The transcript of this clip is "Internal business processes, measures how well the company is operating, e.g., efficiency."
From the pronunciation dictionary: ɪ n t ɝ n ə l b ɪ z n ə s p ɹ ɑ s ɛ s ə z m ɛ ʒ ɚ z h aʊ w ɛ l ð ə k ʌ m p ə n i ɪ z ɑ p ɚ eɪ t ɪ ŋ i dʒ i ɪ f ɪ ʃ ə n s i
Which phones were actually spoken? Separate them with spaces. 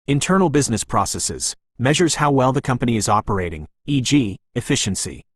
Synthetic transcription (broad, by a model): ɪ n t ɝ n l b ɪ z n ə s p ɹ ɑ s ɛ s ə z m ɛ ʒ ɚ z h aʊ w ɛ l ð ə k ʌ m p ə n i ɪ z ɑ p ɚ eɪ t ɪ ŋ i dʒ i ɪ f ɪ ʃ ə n s i